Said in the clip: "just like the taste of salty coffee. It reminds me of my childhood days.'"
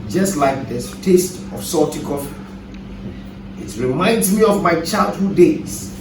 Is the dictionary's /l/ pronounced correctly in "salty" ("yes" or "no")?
no